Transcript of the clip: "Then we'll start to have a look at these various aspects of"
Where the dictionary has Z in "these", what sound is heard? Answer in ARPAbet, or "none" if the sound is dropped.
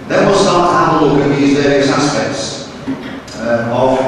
Z